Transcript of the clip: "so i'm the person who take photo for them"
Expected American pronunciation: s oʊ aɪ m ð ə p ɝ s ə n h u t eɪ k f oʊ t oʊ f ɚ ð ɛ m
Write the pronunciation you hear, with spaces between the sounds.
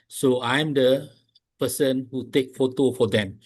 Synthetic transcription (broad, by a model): s oʊ aɪ m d ə p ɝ s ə n h u t eɪ k f oʊ t oʊ f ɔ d ɛ m